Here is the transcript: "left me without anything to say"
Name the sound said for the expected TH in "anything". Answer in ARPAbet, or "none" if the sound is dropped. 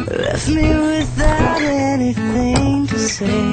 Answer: TH